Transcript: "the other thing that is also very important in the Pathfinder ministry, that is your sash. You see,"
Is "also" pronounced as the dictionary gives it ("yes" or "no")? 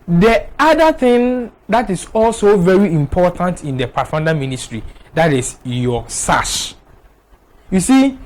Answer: yes